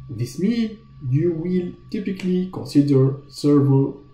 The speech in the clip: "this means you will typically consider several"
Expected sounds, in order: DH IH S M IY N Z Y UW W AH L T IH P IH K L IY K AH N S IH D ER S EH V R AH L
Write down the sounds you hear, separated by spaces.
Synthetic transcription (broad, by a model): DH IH S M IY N Y UW W AH L T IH P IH K L IY K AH N S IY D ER S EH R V